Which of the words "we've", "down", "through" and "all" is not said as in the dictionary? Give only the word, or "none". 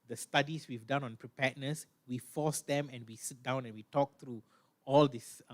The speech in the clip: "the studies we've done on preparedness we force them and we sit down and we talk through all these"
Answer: through